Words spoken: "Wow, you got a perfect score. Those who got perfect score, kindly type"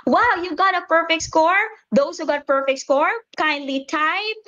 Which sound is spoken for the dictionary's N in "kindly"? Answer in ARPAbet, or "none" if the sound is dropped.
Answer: N